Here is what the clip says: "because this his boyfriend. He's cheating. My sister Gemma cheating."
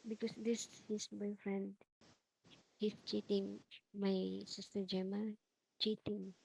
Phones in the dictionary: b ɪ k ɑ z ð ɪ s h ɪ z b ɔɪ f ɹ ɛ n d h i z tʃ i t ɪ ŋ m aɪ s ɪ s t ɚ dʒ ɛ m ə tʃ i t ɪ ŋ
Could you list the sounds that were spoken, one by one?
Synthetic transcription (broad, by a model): b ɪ k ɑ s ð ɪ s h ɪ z b ɔɪ f ɹ ɛ n d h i s tʃ i t ɪ ŋ m aɪ s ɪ s t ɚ dʒ ɛ m ə tʃ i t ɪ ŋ